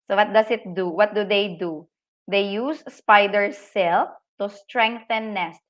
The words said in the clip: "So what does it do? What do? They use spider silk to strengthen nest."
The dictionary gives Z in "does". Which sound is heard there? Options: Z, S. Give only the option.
S